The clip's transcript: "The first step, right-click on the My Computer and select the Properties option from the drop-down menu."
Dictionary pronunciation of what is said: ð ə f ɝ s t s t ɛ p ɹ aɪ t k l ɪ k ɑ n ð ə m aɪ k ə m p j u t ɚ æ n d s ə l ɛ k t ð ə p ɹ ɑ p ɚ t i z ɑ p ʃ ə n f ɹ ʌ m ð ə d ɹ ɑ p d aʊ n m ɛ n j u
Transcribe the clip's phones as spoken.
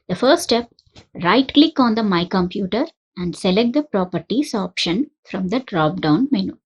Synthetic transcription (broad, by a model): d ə f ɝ t s t ɛ p ɹ aɪ t k l ɪ k ɑ n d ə m aɪ k ə m p j u t ɚ æ n d s ə l ɛ k t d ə p ɹ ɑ p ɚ t i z ɑ p ʃ ə n f ɹ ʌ m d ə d ɹ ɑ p d aʊ n m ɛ n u